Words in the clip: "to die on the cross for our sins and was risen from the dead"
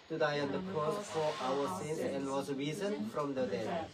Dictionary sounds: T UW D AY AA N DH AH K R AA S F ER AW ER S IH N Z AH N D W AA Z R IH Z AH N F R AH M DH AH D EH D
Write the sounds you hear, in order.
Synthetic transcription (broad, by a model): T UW D AY AA N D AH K AA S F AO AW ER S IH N AH N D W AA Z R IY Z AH N F R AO M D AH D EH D